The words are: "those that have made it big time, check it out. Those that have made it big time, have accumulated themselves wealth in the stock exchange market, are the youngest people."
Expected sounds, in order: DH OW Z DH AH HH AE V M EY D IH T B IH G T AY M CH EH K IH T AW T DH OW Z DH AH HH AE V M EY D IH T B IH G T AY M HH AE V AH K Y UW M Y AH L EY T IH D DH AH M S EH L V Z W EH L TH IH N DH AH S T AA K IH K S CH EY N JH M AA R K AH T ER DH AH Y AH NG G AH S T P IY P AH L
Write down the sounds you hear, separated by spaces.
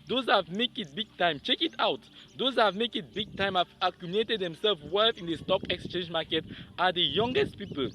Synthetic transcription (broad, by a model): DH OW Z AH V M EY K IH T B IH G T AY M CH EH K IH T AW T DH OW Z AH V M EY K IH T B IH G T AY M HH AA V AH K Y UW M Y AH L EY T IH D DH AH M S EH L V W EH TH IH N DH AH S T AA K IH K S CH EY N JH M AA K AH T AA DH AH Y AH NG G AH S T P IY P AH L